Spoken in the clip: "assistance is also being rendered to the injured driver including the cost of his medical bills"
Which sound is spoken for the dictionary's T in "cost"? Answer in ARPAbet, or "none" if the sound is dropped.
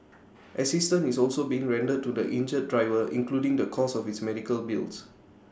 none